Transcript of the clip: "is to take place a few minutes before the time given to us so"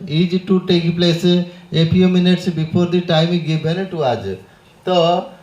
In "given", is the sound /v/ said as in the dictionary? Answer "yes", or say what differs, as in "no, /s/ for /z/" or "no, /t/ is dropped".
no, /b/ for /v/